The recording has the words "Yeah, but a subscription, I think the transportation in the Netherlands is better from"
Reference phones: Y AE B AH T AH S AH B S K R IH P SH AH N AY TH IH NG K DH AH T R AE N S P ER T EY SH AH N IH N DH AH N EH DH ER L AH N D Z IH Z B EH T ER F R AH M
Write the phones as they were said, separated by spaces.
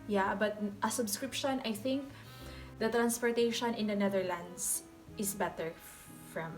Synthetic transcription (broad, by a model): Y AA B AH T AH S AH B S K R IH P SH AH N AY TH IH NG K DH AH T R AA N S P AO T EY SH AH N IH N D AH N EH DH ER L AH N D S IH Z B EH T ER F R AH M